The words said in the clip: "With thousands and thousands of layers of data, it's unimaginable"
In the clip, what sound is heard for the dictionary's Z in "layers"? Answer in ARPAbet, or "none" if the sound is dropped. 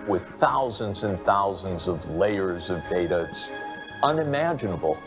Z